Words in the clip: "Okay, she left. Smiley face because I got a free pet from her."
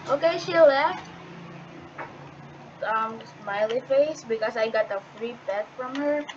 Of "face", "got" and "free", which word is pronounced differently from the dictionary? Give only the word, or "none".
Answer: none